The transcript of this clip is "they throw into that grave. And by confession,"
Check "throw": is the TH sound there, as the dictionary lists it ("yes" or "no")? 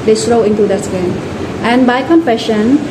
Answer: no